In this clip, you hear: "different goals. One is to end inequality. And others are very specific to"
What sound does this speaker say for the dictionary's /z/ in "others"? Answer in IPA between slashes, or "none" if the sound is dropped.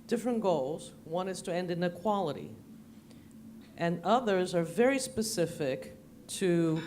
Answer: /z/